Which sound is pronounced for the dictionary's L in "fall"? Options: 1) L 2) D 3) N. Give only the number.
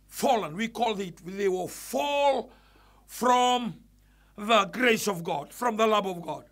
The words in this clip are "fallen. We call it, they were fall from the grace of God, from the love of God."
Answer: 1